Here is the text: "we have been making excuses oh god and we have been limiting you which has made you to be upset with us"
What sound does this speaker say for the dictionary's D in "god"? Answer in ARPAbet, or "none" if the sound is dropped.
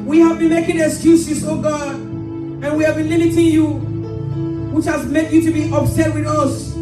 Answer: D